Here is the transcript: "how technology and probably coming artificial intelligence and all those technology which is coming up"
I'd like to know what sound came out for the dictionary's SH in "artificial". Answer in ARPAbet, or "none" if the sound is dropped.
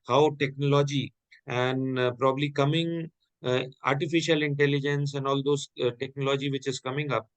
SH